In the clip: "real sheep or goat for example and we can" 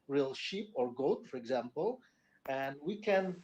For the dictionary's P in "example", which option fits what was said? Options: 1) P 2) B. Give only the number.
1